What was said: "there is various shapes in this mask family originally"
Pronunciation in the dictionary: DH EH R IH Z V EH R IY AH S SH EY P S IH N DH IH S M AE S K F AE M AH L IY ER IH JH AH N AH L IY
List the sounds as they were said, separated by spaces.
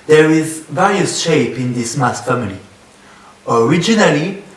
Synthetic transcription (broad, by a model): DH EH R IH Z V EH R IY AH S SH EY P IH N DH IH S M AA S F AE M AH L IY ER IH JH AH N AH L IY